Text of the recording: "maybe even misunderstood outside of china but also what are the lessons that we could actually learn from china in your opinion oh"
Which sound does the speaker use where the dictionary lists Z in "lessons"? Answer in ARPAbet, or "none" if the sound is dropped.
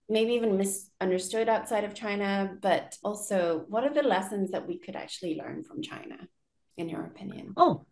Z